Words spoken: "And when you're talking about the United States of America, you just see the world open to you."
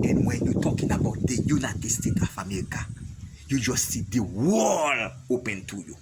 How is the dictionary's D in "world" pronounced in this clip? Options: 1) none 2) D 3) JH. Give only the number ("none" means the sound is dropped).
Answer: 1